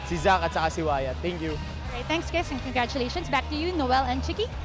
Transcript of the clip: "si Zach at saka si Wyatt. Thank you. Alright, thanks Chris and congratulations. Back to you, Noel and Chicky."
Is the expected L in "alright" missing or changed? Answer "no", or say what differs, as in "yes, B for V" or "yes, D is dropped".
yes, L is dropped